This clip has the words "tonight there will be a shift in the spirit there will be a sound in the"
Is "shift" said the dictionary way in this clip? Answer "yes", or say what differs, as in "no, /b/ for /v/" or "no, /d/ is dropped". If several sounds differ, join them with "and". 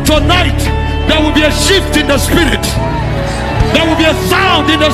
yes